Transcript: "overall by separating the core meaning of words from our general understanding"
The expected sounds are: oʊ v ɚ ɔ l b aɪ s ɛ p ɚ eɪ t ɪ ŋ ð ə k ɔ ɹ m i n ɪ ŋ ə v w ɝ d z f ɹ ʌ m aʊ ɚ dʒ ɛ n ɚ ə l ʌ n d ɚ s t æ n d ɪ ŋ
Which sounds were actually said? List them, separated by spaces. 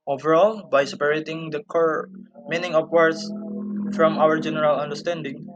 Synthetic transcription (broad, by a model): oʊ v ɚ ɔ l b aɪ s ɛ p ɚ eɪ t ɪ ŋ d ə k ɔ ɹ m i n ɪ ŋ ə p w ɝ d s f ɹ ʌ m aʊ ɚ dʒ ɛ n ɚ ə l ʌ n d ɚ s t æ n d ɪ ŋ